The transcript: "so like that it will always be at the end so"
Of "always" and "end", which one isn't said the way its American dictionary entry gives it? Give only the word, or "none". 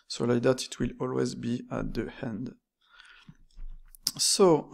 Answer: none